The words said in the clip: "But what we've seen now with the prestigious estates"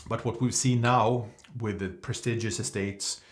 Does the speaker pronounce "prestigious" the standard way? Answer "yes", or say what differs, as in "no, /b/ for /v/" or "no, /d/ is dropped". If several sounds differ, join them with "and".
yes